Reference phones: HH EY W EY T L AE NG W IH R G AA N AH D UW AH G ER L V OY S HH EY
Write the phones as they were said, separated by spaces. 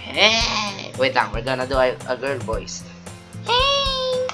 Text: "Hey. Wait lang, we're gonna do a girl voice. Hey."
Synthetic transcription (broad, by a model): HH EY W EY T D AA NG W IH R G AA N AH D UW AH G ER L B OY S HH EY